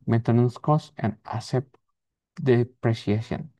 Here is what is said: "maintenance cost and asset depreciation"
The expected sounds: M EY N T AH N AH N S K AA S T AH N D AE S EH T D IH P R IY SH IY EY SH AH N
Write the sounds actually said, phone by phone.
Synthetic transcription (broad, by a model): M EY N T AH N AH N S K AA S AH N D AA S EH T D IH P R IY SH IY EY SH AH N